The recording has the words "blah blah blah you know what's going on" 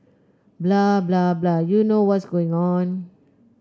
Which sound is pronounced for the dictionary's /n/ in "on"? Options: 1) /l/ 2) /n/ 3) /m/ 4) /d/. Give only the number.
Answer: 2